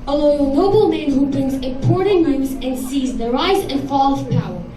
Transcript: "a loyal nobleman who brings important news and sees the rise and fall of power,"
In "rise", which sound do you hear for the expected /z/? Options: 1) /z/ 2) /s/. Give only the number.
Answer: 1